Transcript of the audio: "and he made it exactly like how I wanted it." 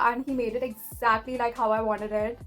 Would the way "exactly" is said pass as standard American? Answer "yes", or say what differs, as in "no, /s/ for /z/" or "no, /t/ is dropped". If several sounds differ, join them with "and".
yes